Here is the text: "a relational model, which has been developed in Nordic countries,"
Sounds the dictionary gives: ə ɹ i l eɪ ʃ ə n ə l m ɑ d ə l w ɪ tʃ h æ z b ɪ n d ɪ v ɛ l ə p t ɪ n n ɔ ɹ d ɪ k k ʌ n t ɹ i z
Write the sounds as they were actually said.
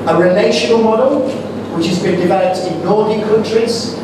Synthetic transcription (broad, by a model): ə ɹ i l eɪ ʃ ə n ə l m ɑ d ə l w ɪ tʃ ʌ z b ɪ n d ɪ v ɛ l ə p t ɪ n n ɔ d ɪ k k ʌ n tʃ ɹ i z